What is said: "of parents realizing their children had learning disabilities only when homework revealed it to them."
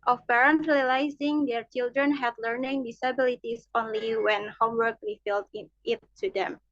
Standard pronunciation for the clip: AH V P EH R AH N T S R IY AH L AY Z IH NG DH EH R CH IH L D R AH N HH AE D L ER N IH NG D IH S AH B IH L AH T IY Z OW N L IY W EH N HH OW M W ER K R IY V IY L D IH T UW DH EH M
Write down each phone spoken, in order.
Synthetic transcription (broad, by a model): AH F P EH R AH N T R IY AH L AY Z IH NG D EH R CH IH L D R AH N HH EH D L ER N IH NG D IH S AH B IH L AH T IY S OW N L IY W EH N HH OW M W ER K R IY F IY L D IH T UW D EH M